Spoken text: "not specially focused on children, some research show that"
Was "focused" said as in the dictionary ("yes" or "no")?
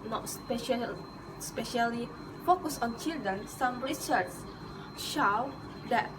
no